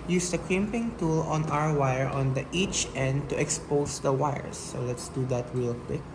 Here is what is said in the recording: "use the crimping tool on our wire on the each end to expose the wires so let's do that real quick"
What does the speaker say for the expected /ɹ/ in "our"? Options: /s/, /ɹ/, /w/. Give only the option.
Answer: /w/